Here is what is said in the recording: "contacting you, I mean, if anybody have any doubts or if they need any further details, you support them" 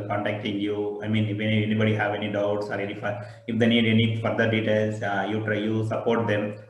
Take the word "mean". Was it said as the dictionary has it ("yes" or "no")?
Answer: yes